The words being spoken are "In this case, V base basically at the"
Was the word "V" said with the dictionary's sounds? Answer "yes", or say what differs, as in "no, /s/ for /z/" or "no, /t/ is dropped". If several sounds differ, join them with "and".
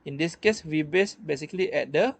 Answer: no, /w/ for /v/